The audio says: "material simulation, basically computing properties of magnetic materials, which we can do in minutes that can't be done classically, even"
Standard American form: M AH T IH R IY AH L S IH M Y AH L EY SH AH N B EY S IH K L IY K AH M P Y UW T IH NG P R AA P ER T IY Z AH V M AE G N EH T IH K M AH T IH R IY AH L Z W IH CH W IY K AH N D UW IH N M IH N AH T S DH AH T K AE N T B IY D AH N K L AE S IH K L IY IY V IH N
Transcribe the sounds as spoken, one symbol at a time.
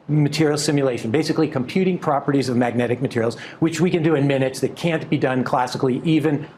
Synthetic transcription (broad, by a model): M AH T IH R IY L S IH M Y AH L EY SH AH N B EY S IH K L IY K AH M P Y UW T IH NG P R AA P ER T IY Z AH V M AE G N EH T IH K M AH T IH R IY L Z W IH CH W IY K AH N D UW IH N M IH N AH T S DH AH T K AE N B IY D AH N K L AE S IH K L IY IY V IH N